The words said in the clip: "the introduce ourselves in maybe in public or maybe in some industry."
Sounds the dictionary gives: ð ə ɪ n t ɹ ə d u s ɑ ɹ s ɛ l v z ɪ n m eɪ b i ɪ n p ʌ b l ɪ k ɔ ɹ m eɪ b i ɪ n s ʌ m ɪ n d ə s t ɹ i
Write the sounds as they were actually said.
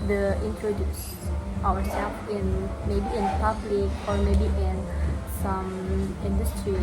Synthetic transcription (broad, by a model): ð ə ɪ n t ɹ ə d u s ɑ w s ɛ l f ɪ n m eɪ b i ɪ n p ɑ b l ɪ k ɔ ɹ m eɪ b i ɪ n s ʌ m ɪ n d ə s t ɹ i